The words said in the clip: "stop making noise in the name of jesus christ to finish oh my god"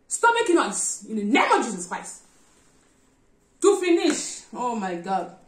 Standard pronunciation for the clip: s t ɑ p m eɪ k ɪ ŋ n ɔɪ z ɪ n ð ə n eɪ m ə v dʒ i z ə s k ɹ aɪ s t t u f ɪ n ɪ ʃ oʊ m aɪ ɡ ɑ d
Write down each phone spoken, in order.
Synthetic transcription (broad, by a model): s t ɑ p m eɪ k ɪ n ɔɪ s ɪ n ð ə n eɪ m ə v dʒ i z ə s k ɹ aɪ s t t u f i n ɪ ʃ oʊ m aɪ ɡ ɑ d